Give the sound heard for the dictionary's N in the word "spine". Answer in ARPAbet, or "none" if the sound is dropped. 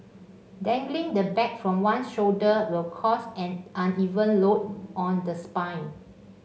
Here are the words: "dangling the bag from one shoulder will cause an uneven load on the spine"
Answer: N